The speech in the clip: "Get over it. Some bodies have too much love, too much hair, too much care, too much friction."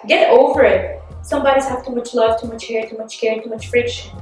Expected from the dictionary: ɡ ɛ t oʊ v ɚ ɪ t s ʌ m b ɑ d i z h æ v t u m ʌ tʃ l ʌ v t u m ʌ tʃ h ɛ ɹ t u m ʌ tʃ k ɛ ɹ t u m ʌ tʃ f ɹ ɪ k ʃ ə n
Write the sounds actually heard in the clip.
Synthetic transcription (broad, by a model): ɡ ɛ t oʊ v ɚ ɪ t s ʌ m b ɑ d i z h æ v t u m ʌ tʃ l ʌ v t u m ʌ tʃ h ɛ ɹ t u m ʌ tʃ k ɛ ɹ t u m ʌ tʃ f ɹ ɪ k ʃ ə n